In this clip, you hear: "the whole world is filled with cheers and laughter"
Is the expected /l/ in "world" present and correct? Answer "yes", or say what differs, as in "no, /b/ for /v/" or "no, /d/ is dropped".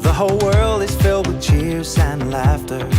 yes